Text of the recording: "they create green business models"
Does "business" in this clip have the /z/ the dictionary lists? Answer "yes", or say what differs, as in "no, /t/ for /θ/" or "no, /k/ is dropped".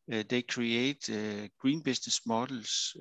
no, /s/ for /z/